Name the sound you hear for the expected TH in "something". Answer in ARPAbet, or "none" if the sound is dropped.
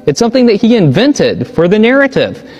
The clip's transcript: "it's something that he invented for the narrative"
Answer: TH